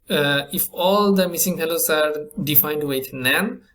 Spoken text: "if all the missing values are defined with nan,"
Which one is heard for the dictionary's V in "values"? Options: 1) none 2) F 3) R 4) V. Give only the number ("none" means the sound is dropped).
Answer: 2